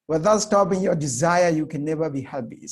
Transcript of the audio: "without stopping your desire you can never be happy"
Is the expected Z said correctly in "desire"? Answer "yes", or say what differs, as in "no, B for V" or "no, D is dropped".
yes